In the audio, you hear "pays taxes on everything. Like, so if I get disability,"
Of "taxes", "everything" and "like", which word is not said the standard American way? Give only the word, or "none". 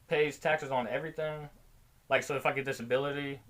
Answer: none